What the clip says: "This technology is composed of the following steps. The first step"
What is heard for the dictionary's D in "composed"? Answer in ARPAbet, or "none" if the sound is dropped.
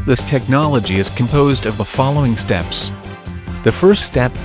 D